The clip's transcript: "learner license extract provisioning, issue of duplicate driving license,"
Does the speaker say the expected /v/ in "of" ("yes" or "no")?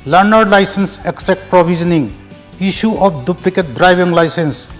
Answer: no